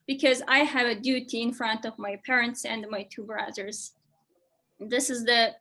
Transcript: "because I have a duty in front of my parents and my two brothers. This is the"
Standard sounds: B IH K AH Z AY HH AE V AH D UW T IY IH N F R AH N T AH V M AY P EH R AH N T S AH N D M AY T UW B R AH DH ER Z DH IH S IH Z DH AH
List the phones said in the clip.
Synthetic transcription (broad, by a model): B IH K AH Z AY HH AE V AH D UW T IY IH N F R AH N T AH V M AY P EH R AH N T S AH N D M AY T UW B R AH DH ER Z DH IH S IH Z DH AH